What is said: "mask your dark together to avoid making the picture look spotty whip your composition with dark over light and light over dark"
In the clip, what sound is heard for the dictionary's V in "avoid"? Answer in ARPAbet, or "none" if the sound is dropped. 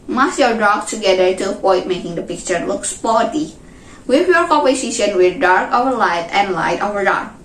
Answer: P